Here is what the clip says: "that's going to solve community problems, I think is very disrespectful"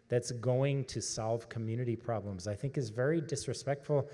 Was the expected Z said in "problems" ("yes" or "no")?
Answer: yes